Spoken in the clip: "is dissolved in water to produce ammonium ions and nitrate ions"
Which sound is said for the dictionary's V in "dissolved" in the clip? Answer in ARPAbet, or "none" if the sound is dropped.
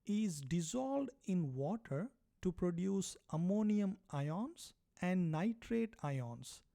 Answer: none